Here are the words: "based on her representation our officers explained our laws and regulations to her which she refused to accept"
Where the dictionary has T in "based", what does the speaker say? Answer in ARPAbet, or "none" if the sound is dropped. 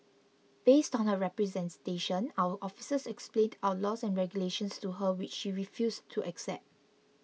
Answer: T